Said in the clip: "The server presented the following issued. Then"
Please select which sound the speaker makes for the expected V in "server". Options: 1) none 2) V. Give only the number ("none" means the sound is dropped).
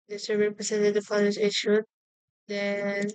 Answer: 1